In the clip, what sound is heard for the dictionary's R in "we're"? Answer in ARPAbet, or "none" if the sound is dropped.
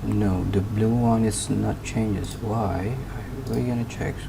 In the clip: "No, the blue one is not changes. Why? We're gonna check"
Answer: L